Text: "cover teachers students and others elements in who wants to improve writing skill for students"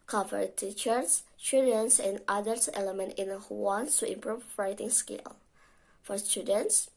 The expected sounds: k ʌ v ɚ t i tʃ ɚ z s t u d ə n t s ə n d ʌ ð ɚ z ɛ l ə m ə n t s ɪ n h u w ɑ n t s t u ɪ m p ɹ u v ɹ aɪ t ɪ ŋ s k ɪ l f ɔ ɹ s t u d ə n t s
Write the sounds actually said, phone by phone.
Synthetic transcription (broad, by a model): k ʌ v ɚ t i tʃ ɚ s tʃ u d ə n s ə n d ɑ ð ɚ s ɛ l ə m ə n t ɪ n h u w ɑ n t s t u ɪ m p ɹ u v ɹ aɪ t ɪ ŋ s k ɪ l f ɔ ɹ s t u d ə n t s